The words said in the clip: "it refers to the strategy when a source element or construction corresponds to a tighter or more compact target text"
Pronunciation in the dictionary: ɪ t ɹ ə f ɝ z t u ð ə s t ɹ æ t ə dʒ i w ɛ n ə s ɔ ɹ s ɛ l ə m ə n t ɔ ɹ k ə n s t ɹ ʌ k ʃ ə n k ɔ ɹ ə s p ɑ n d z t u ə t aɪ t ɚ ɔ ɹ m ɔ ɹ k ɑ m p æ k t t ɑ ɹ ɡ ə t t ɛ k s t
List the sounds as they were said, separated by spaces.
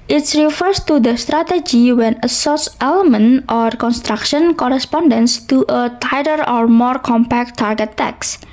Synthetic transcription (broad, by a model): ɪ t ɹ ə f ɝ s t u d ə s t ɹ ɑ t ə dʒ i w ɛ n ə s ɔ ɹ s ɛ l ə m ə n t ɔ ɹ k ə n s t ɹ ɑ k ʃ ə n k ɔ ɹ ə s p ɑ n d s t u ə t aɪ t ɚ ɔ ɹ m ɔ ɹ k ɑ m p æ k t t ɑ ɹ ɡ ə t t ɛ k s